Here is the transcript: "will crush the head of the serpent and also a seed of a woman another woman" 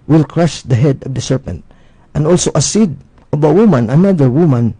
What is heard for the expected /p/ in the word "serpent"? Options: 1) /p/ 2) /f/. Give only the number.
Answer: 1